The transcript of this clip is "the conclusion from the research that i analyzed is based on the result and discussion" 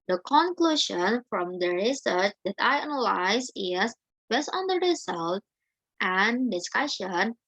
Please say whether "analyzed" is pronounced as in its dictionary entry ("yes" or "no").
no